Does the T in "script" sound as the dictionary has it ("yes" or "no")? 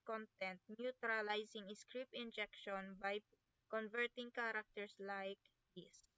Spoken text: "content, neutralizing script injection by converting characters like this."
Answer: no